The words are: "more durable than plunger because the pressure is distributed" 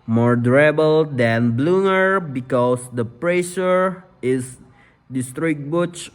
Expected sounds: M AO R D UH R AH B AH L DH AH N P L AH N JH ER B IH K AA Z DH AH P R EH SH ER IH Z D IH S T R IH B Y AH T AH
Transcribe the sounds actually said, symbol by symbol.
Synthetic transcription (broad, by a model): M AO R D R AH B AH L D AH N B L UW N ER B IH K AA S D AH P R EH SH ER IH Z D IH S T R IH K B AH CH